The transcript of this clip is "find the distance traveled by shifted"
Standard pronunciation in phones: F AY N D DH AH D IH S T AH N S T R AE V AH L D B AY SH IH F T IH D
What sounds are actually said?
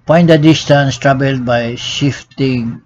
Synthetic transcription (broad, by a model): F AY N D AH D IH S T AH N S T R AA B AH L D B AY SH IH F T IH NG